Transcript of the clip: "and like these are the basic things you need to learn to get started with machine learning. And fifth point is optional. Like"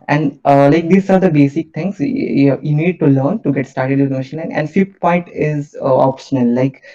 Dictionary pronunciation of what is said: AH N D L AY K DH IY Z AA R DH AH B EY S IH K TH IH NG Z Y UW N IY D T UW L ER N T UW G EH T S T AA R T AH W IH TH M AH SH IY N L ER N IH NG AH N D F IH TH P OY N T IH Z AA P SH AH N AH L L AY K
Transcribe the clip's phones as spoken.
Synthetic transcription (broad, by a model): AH N D L AY K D IY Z AA R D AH B EY S IH K T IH NG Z Y UW N IY D T UW L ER N T UW G EH T S T AA R T AH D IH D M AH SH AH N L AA IH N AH N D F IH T P OY N T IH Z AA P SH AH N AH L L AY K